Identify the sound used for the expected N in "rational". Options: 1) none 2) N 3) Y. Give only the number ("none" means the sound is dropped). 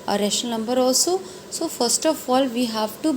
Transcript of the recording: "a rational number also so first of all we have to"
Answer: 1